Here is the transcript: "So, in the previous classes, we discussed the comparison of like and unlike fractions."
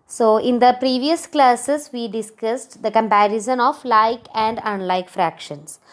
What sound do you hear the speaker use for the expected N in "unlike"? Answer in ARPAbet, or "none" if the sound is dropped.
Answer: N